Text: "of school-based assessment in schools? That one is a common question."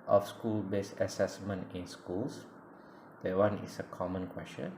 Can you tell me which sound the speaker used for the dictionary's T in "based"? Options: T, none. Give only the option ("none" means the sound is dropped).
none